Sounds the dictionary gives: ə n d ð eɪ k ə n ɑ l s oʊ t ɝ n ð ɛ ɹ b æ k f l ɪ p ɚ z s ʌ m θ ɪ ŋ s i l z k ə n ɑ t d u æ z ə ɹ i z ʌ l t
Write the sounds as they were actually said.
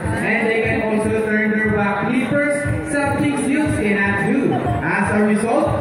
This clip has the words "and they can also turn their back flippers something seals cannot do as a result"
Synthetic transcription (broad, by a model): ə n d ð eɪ k ə n ɑ l s oʊ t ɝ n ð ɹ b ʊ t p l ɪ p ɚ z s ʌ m t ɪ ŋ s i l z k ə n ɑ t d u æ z ə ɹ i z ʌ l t